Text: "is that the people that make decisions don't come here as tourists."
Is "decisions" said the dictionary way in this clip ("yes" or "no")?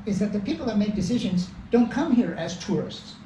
yes